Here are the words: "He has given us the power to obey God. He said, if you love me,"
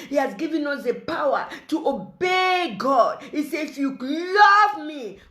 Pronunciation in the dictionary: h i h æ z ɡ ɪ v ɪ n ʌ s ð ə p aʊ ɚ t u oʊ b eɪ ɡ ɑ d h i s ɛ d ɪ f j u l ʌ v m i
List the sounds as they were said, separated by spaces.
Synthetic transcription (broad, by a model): h i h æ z ɡ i v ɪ n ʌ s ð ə p aʊ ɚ t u oʊ b eɪ ɡ ɑ d h i s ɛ ɪ f j u l ʌ v m i